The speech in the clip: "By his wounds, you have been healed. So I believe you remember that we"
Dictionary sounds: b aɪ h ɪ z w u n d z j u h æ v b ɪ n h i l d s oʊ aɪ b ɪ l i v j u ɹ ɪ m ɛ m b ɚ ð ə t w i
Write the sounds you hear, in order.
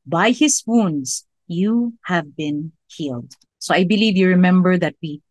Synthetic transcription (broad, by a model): b aɪ h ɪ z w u n d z j u h æ v b ɪ n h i l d s oʊ aɪ b ɪ l i v j u ɹ ɪ m ɛ m b ɚ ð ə t w i